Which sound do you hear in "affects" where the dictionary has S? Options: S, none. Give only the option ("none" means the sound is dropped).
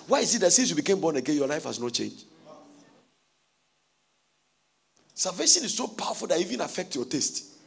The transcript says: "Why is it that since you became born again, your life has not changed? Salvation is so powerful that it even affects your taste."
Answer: none